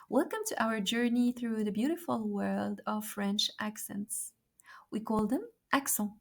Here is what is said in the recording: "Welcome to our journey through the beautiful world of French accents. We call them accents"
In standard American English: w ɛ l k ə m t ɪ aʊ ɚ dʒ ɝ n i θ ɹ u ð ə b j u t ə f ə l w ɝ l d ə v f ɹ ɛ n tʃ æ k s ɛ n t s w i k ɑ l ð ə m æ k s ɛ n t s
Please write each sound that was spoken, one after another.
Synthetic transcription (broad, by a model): w ɛ l k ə m t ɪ aʊ ɚ dʒ ɝ n i θ ɹ u ð ə b j u t ə f ə l w ɝ l d ə v f ɹ ɛ n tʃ æ k s ɛ n t s w i k ɑ l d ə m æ k s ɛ